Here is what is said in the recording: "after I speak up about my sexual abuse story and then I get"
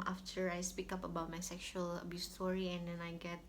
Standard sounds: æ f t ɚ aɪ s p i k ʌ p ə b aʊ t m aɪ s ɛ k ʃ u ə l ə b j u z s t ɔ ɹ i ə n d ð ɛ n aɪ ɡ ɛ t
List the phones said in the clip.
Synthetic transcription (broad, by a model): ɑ f t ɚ aɪ s p i k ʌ p ə b aʊ t m aɪ s ɛ k ʃ u ə l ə b j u s t ɔ ɹ i ə n d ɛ n aɪ ɡ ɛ t